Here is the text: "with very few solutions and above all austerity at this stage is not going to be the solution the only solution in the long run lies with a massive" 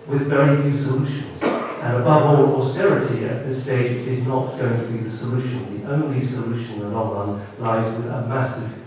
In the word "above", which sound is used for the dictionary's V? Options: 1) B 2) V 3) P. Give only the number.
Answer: 2